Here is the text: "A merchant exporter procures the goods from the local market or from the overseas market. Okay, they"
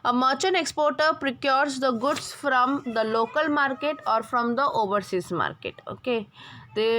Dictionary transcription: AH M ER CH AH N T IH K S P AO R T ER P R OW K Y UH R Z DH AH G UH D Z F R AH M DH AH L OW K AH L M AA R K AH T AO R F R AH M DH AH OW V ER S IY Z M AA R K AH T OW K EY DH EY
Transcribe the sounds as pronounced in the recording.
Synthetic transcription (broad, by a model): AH M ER CH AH N IH K S P AO R T ER P R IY K Y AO R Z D AH G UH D S F R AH M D AH L OW K AH L M AA R K AH T AO R F R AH M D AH OW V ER S IY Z M AA R K AH T OW K EY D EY